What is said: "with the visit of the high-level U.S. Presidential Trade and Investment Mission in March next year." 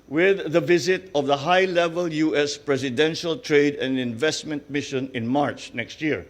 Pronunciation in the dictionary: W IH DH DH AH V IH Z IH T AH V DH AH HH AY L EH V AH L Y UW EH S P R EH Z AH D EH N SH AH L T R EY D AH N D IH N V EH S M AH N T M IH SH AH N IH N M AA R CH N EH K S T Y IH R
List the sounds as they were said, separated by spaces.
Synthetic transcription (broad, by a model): W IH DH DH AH V IH Z IH T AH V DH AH HH AY L EH V AH L Y UW EH S P R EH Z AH D EH N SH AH L T R EY D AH N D IH N V EH S M AH N T M IH SH AH N IH N M AA R CH N EH K S T Y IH R